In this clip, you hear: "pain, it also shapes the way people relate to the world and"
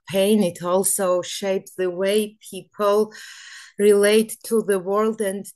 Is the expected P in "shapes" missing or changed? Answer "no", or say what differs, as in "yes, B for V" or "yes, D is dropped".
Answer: no